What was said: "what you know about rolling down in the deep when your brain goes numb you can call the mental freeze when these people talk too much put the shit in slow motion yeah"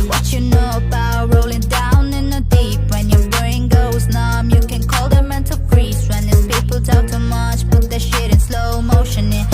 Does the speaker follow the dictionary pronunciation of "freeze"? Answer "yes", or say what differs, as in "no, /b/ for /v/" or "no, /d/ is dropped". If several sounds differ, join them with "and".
no, /p/ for /f/